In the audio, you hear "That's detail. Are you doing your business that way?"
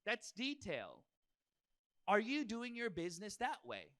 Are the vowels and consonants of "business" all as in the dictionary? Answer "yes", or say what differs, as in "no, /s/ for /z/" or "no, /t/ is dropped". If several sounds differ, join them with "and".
yes